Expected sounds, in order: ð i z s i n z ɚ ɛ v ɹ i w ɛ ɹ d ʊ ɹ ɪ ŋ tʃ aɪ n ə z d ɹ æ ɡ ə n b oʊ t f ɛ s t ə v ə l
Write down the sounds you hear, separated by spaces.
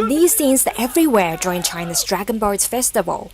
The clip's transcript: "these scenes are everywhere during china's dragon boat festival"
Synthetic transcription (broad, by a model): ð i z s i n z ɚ ɛ v ɹ i w ɛ ɹ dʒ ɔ ɪ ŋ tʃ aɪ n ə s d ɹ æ ɡ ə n b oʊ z f ɛ s t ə v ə l